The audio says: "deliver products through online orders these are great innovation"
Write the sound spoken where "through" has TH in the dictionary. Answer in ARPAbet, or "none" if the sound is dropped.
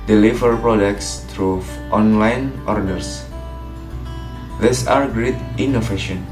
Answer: T